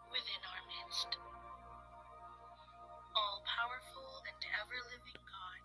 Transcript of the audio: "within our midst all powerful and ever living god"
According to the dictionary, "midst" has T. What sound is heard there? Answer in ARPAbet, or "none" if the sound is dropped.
T